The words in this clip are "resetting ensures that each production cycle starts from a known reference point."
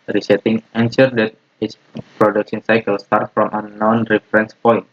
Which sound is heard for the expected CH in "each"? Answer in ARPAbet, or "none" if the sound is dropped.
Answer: S